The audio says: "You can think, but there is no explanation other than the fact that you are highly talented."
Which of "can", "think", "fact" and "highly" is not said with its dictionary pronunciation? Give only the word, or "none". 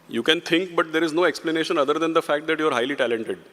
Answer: think